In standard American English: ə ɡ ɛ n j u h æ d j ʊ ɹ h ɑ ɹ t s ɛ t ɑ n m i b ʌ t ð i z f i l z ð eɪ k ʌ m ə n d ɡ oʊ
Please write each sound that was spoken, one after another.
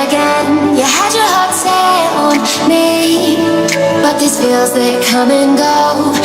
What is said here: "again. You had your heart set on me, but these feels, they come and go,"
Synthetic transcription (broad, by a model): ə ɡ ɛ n j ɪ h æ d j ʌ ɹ h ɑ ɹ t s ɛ ɑ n m i b ʌ t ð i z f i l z ð eɪ k ʌ m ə n ɡ oʊ